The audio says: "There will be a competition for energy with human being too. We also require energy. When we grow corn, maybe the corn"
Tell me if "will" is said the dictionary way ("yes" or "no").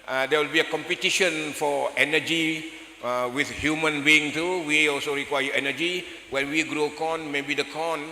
yes